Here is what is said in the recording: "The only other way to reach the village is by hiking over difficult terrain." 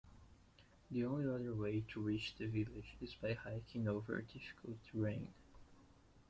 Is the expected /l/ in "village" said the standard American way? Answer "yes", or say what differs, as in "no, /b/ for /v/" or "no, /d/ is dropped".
yes